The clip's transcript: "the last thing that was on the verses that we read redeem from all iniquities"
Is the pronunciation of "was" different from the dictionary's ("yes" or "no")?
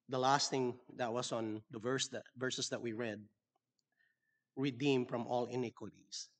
yes